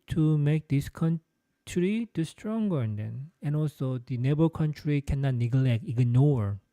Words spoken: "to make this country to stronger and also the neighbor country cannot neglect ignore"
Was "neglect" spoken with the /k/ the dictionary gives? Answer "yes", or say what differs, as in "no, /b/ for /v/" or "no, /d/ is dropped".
yes